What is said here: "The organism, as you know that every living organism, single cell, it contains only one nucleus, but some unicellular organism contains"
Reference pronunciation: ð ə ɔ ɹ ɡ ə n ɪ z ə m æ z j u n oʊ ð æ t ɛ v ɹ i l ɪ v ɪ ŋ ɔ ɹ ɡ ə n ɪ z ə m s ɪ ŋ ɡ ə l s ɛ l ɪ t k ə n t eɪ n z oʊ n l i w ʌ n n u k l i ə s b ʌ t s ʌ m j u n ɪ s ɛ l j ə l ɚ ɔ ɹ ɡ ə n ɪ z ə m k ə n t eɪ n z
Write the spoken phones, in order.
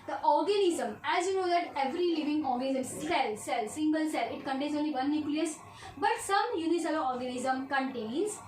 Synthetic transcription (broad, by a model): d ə ɔ ɹ ɡ ə n ɪ z ə m æ z j u n oʊ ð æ t ɛ v ɹ i l ɪ v ɪ ŋ ɔ ɹ ɡ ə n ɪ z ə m s ɪ ŋ ɡ ə l s ɛ l ɪ t k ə n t eɪ n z oʊ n l i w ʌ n n u k l i ə s b ʌ t s ʌ m j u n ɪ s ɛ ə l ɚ ɔ ɹ ɡ ə n ɪ z ə m k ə n t eɪ n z